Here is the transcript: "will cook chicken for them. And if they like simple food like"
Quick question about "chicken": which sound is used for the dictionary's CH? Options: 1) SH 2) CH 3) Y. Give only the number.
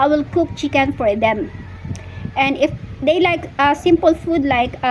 2